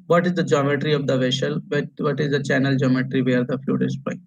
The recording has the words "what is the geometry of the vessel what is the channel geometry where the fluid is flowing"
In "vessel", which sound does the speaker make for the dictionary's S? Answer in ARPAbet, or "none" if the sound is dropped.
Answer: SH